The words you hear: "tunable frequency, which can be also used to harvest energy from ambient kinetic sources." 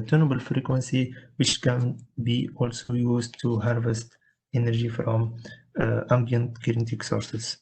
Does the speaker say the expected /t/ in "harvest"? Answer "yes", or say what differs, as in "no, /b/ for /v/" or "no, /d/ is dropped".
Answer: yes